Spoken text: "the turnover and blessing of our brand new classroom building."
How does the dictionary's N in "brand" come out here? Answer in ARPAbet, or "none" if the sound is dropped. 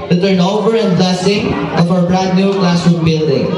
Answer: none